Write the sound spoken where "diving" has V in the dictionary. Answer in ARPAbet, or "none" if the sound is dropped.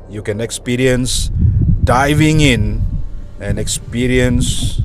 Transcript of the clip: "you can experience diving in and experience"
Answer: V